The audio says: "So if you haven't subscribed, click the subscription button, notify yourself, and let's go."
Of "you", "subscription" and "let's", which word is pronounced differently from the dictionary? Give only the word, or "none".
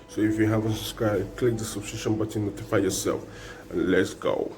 subscription